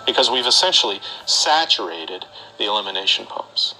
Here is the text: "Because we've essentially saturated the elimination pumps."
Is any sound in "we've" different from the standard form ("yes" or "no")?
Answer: no